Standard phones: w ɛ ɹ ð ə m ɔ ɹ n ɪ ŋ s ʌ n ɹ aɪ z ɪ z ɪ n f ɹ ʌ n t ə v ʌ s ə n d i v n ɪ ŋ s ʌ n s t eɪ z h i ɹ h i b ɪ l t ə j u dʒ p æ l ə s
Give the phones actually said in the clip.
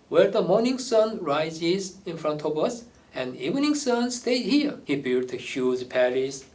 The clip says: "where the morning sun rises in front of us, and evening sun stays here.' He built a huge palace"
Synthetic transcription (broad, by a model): w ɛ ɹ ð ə m ɔ ɹ n ɪ ŋ s ʌ n ɹ aɪ z ɪ z ɪ n f ɹ ʌ n t ə v ʌ s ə n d i v n ɪ ŋ s ʌ n s t eɪ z h i ɹ h i b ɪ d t ə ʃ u z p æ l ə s